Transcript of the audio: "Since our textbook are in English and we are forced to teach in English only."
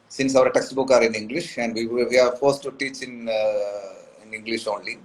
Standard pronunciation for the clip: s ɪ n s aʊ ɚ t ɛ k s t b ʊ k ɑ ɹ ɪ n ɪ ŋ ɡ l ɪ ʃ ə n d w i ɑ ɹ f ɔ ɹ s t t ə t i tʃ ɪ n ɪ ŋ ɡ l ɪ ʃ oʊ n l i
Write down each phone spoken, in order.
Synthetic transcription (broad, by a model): s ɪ n s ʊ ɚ t ɛ k s t b ʊ k ɑ ɹ ɪ n ɪ ŋ ɡ l ɪ ʃ ə n d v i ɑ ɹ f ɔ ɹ s t t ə s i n ɪ n ɪ ŋ ɡ l ɪ ʃ oʊ n l i